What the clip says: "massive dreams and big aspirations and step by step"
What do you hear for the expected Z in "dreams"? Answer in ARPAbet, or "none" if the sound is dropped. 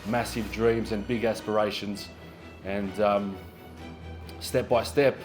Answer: Z